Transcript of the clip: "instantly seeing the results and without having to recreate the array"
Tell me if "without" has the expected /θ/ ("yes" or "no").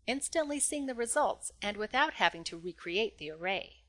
yes